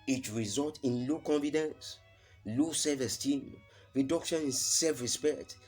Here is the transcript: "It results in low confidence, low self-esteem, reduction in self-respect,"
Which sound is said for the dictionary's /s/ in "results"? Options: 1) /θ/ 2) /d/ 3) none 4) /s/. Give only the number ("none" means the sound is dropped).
3